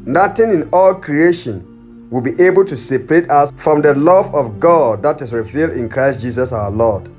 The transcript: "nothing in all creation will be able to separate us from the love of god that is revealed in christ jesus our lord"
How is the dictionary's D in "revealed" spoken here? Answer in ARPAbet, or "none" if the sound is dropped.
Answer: D